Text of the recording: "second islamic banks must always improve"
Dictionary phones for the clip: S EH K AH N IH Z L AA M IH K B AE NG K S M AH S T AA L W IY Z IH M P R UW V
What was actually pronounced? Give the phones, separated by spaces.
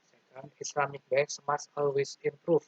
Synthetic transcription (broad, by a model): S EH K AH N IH S L AA M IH K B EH K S M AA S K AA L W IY S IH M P R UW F